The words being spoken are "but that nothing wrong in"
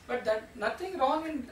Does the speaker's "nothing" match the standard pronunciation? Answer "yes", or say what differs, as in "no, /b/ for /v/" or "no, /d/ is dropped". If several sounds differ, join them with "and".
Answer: no, /t/ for /θ/